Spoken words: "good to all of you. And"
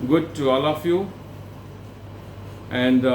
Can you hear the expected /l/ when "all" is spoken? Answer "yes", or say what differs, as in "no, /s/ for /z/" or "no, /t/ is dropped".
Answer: yes